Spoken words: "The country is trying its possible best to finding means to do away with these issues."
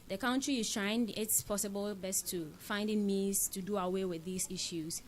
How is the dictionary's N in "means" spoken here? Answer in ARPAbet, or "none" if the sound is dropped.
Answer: none